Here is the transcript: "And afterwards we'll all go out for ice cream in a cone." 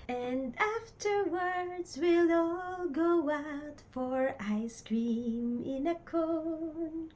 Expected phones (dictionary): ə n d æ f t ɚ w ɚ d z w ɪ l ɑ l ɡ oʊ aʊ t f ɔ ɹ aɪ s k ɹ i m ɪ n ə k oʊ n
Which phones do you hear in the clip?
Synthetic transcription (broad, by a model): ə n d æ f t ɚ w ɚ d z w ɪ l ɑ l ɡ oʊ aʊ t f ɔ ɹ aɪ s k ɹ i m ɪ n ə k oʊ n